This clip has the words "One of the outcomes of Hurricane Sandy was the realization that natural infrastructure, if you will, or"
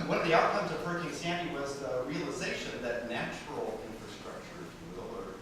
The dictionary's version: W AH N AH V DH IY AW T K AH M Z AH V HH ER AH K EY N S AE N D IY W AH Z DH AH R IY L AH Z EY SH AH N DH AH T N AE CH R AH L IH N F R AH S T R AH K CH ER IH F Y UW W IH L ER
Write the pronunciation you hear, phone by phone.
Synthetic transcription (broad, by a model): W AH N AH V DH IY AW T K AH M Z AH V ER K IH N S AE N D IY W AH Z DH AH R IY L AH Z EY SH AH N DH AH T N AE CH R L IH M F R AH S T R AH K CH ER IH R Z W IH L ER